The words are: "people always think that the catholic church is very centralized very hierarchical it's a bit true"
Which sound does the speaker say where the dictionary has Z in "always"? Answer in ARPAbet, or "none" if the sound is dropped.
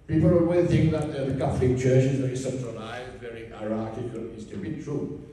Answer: none